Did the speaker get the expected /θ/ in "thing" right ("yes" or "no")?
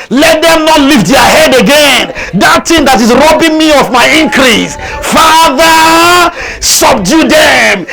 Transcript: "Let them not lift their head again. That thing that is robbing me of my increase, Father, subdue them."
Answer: no